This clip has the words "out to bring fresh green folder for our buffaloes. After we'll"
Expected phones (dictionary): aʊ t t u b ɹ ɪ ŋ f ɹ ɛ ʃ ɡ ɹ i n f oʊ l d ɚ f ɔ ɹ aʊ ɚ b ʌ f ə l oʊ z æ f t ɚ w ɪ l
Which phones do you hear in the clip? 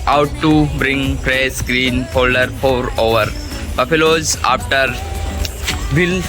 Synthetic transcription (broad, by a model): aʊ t t u b ɹ ɪ ŋ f ɹ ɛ s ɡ ɹ i n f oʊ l d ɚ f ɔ ɹ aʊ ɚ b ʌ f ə l oʊ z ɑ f t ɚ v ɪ l